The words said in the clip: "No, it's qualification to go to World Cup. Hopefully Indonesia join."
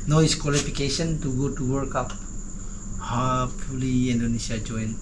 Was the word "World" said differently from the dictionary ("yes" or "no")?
yes